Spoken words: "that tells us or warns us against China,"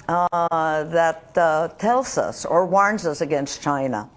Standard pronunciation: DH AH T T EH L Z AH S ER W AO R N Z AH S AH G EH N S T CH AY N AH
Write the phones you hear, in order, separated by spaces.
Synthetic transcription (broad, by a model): DH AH T T EH L Z AH S ER W AO R N Z AH S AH G EH N S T CH AY N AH